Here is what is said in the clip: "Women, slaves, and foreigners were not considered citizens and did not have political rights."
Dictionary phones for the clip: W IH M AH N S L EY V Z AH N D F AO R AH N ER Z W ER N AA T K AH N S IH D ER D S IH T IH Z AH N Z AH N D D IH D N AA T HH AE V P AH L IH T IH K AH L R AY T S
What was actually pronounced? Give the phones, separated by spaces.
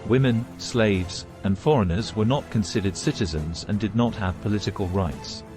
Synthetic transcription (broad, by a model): W IH M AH N S L EY V Z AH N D F AO R AH N ER Z W ER N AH T K AH N S IH D ER D S IH T IH Z AH N Z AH N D D IH D N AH T HH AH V P AH L IH T IH K AH L R AY T S